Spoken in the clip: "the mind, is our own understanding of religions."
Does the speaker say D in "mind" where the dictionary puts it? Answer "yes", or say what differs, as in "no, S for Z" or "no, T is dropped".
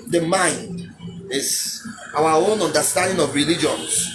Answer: yes